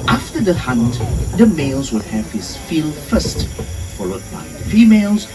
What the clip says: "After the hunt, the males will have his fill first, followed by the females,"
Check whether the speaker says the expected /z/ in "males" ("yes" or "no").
yes